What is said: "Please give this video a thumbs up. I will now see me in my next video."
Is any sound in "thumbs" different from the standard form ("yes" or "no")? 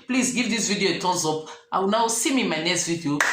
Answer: yes